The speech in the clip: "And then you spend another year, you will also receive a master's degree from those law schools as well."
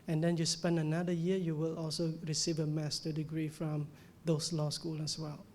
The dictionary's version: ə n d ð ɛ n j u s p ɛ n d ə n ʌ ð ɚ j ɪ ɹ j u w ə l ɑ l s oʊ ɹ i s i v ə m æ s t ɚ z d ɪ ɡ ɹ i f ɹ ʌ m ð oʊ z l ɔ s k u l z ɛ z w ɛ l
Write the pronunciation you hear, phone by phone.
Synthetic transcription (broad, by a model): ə n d ɛ n j u s p ɛ n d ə n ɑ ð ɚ j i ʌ j u w ə l ɑ l s oʊ ɹ i s i v ə m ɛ s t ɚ d ɪ ɡ ɹ i f ɹ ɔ m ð oʊ s l ɔ s k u l ɛ s w ɛ l